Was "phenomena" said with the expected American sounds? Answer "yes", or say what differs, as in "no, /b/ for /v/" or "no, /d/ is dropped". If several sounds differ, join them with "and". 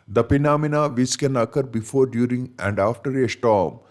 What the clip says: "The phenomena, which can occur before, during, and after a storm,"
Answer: no, /p/ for /f/